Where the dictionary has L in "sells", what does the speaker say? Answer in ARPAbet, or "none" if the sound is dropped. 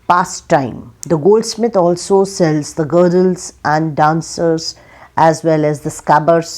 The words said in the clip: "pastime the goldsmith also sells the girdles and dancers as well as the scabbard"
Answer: L